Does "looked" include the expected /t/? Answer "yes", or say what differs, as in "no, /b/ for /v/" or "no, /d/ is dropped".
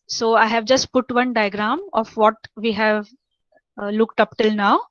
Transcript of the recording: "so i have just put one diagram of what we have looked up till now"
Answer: yes